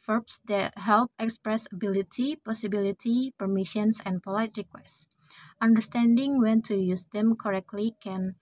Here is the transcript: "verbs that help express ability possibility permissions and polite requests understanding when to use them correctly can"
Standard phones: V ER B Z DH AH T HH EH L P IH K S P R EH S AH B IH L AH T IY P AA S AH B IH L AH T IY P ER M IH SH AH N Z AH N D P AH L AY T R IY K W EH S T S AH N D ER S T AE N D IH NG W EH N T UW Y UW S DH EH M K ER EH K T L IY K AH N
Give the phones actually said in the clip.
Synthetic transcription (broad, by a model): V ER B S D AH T HH EH L P IH K S P R EH S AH B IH L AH T IY P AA S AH B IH L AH T IY P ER M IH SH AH N S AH N P AH L AY T R IY K W EH S T S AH N D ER S T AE N D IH NG W EH N T UW Y UW S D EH M K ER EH K T L IY K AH N